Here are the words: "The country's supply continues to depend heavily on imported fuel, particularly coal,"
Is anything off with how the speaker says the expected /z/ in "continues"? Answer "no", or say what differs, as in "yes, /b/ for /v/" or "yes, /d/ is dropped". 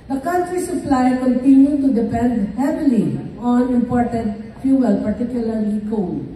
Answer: yes, /z/ is dropped